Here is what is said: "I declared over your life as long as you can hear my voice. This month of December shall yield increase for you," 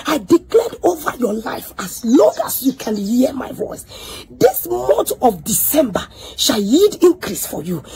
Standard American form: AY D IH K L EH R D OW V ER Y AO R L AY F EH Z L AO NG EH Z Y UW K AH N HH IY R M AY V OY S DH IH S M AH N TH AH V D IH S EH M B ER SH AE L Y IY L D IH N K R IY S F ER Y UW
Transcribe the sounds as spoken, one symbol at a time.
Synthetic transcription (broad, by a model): AY D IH K L EH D OW V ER Y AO L AY F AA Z L AO NG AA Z Y UW K AH N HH IY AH M AY V OY S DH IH S M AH N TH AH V D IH S EH M B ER SH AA L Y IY D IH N K R IY S F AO Y UW